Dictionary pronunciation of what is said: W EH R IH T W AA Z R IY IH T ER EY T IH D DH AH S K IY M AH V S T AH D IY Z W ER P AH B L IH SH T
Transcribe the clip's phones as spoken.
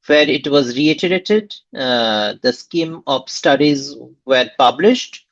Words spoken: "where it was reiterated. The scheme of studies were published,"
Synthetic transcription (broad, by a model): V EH R IH T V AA Z R IY IH T ER EY T IH D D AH S K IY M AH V S T AH D IY Z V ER P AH B L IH SH T